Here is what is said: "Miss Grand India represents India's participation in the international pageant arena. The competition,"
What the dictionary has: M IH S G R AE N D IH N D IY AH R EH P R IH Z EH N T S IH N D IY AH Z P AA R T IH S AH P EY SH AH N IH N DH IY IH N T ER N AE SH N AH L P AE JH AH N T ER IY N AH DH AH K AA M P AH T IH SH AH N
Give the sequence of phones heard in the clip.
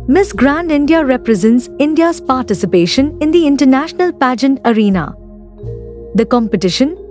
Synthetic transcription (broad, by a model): M IH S G R AE N D IH N D IY AH R EH P R IH Z EH N T S IH N D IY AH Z P AA R T IH S AH P EY SH AH N IH N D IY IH N T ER N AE SH N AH L P AE JH AH N T ER IY N AH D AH K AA M P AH T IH SH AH N